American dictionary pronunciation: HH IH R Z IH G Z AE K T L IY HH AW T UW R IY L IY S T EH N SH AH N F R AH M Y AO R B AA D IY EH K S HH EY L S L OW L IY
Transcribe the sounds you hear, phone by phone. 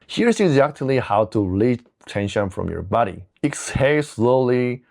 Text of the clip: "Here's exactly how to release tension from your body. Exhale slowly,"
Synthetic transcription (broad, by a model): HH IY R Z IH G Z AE K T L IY HH AW T UW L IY T EH N SH AH N F R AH M Y AO R B AA D IY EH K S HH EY S L OW L IY